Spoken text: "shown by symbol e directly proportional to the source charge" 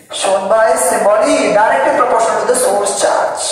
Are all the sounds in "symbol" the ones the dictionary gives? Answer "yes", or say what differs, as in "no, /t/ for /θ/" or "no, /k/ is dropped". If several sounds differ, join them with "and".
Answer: no, /m/ is dropped